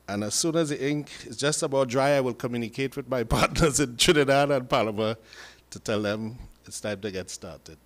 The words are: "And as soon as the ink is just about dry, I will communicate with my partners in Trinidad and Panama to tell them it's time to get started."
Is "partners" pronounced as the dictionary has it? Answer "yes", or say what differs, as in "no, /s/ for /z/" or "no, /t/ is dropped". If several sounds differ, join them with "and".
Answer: yes